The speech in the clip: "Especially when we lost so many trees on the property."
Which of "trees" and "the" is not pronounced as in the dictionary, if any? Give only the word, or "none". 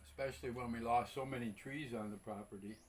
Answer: none